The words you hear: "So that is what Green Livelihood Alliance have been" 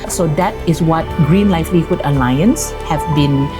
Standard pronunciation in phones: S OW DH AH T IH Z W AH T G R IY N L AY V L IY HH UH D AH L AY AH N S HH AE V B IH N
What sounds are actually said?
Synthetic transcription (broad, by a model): S OW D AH T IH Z W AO T G R IY N L AY F L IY HH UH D AH L AY AH N S HH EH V B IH N